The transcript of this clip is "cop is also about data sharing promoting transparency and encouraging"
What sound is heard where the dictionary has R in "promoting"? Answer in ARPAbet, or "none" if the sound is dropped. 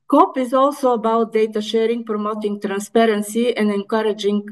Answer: R